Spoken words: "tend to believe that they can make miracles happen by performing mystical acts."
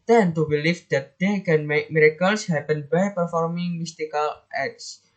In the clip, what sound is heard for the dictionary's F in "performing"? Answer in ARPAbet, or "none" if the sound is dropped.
F